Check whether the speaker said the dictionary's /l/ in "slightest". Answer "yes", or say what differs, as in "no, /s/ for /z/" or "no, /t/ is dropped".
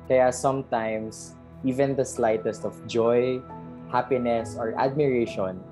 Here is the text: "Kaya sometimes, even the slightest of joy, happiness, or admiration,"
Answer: yes